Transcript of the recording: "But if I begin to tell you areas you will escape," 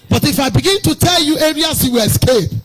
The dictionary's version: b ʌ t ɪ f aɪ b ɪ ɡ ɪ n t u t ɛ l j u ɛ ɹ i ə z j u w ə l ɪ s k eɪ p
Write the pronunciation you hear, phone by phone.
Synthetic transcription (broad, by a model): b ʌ t ɪ f aɪ b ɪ ɡ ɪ n t u t ɛ l j u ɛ ɹ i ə s j u w ə l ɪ s k eɪ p